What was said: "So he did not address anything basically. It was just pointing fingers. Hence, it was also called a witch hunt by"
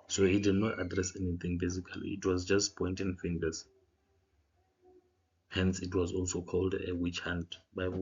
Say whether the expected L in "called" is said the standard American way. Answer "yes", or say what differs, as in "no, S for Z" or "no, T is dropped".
yes